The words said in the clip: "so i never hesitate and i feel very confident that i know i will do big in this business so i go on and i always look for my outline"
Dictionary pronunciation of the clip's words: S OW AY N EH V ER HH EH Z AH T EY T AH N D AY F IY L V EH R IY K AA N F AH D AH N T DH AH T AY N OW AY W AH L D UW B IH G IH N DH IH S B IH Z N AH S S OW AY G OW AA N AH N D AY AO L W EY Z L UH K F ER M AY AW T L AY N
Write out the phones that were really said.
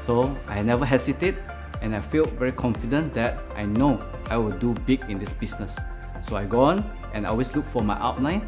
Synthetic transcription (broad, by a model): S OW AY N EH V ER HH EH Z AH T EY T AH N AY F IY L V EH R IY K AA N F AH D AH N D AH T AY N OW AY W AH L D UW B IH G IH N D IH S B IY S N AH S S OW AY G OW AA N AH N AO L W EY S L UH K F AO M AY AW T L AY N